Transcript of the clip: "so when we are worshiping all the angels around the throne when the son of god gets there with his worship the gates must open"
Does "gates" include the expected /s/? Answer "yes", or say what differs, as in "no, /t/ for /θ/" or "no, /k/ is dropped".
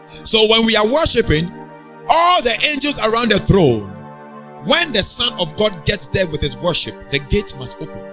no, /s/ is dropped